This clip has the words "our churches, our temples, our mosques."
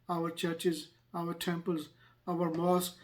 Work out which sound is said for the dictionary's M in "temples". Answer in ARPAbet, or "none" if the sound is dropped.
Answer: M